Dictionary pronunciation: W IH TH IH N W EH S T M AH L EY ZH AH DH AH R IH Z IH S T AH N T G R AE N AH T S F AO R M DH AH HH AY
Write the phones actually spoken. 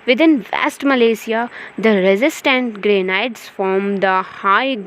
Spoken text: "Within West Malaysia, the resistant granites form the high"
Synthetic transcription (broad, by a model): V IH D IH N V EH S T M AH L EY S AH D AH R IH Z IH S T AH N T G R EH N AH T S F AO R M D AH HH AY